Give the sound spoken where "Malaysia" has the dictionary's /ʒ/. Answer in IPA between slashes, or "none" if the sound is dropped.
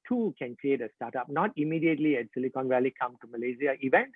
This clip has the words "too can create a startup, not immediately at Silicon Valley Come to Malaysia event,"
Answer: /z/